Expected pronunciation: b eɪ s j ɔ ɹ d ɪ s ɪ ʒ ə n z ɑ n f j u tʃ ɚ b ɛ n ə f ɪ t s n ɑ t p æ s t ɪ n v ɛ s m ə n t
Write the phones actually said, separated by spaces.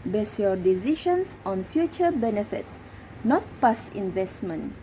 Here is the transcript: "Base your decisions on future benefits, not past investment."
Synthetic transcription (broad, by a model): b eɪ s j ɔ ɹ d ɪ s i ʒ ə n s ɑ n f j u tʃ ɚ b ɛ n ə f ɪ t s n ɑ t p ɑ s ɪ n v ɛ s m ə n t